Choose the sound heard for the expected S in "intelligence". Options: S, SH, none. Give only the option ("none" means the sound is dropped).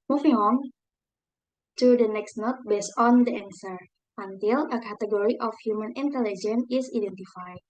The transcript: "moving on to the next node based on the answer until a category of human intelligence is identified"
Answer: none